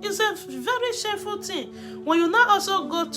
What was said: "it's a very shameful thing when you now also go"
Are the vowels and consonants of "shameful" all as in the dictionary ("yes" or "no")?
no